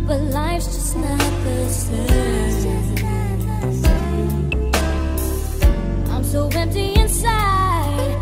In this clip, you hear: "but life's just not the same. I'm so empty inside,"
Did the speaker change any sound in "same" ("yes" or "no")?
yes